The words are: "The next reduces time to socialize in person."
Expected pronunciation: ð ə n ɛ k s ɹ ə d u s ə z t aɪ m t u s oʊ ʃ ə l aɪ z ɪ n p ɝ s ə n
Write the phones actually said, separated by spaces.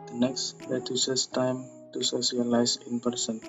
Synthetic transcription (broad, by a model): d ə n ɛ k s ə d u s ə s t aɪ m t u s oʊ s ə l aɪ s ɪ n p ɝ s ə n